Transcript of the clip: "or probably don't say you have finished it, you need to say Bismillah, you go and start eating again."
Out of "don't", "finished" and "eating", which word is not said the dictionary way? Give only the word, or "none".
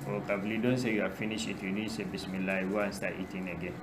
finished